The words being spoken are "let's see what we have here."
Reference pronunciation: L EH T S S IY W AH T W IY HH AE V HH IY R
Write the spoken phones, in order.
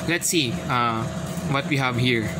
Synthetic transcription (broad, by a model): L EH T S S IY W AH T W IY HH AE V HH IY R